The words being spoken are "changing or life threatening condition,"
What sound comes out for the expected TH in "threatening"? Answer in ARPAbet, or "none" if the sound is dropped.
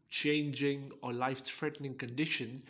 F